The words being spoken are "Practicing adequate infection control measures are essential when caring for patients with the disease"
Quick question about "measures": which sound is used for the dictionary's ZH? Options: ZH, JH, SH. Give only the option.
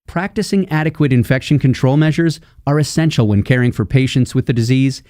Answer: ZH